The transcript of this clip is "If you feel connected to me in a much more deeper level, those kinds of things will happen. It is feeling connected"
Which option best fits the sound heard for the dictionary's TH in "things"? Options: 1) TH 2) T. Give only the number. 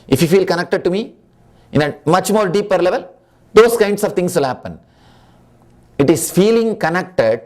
2